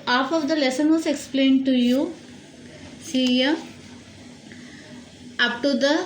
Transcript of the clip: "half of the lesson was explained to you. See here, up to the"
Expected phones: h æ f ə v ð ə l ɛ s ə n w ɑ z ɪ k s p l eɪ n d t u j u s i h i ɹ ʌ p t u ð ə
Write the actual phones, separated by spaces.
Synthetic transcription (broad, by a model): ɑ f ə v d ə l ɛ s ə n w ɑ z ɪ k s p l eɪ n d t u j u s i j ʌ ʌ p t u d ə